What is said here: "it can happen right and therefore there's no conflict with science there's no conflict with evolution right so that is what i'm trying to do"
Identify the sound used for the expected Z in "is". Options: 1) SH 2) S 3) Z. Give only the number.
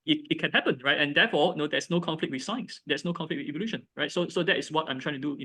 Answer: 2